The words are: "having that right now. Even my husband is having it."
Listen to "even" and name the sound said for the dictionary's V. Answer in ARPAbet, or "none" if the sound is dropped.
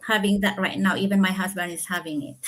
V